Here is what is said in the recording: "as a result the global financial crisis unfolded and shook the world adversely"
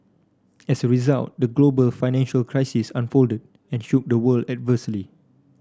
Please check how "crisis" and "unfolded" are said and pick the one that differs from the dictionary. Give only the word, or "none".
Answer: none